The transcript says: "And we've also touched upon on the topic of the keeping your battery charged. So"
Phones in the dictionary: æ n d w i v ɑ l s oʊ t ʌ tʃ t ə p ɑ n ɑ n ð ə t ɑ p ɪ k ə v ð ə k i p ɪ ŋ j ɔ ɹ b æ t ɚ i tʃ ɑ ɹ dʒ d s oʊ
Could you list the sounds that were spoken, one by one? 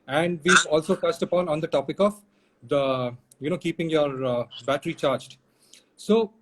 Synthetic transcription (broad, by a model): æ n d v i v ɑ l s oʊ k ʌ s t ə p ɑ n ɑ n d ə t ɑ p ɪ k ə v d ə k i p ɪ ŋ j ɔ ɹ b æ t ɚ i tʃ ɑ ɹ dʒ d s oʊ